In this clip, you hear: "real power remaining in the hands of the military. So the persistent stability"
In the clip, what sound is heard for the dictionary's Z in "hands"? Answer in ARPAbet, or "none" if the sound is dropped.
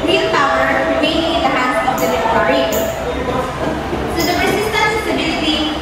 none